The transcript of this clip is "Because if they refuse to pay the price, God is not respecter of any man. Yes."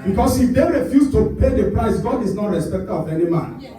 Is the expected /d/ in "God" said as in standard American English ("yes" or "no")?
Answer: yes